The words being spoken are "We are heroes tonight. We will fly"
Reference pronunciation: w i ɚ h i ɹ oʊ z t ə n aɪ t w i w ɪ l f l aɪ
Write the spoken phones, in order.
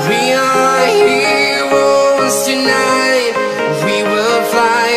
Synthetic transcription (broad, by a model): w i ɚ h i w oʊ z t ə n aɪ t w i w ɪ l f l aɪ